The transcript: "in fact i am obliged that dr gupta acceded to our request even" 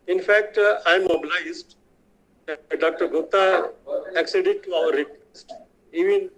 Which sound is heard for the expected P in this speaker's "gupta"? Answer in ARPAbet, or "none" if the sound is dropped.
none